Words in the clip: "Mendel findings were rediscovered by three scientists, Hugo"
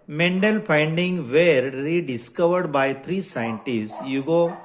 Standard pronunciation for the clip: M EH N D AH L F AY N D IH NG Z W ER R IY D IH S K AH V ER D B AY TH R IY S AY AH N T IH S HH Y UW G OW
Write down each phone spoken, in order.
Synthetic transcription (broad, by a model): M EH N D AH L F AY N D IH NG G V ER R IY D IH S K AH V ER D B AY T R IY S AY AH N T IH S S Y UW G OW